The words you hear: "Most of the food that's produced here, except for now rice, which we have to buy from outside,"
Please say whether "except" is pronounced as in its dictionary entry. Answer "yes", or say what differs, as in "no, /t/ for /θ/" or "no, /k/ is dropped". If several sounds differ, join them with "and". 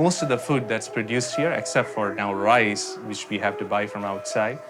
yes